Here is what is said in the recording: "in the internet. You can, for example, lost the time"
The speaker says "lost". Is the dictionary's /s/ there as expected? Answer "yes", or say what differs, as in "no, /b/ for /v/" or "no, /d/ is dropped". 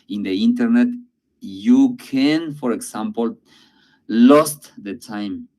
yes